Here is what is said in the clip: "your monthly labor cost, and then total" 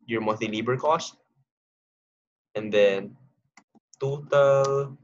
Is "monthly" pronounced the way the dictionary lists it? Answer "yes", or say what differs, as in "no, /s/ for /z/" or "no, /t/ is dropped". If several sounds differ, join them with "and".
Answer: no, /n/ is dropped and /l/ is dropped